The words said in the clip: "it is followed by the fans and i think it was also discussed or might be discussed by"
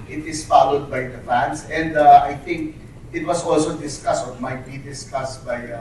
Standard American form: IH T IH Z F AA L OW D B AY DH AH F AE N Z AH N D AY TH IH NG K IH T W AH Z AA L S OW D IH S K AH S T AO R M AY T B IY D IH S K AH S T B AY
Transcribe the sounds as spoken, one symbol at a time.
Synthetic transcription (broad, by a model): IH T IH S F AA L OW D B AY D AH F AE N S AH N D AY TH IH NG K IH T W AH S AA L S OW D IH S K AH S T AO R M AY T B IY D IH S K AH S T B AY